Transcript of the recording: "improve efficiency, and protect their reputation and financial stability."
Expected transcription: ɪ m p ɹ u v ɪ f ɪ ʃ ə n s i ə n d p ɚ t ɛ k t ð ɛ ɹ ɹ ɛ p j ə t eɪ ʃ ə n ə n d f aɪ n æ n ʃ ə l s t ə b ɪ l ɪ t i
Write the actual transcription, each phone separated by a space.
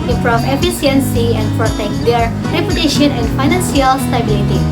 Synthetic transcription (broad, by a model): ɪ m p ɹ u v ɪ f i s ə n s i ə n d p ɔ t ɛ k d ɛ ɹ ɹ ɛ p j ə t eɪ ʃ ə n ə n d f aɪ n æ n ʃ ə l s t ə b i l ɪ t i